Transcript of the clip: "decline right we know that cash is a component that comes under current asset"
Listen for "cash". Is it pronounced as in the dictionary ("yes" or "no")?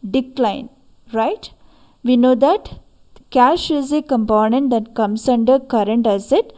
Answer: yes